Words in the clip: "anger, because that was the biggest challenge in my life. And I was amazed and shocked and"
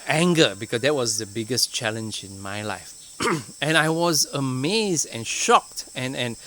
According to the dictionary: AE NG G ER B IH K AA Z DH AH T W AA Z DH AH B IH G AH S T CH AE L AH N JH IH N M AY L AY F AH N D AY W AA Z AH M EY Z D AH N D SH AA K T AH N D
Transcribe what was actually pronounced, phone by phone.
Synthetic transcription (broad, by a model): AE NG G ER B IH K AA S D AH T W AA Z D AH B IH G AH S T CH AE L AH N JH IH N M AY L AY F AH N AY W AA Z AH M EY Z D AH N SH AA K T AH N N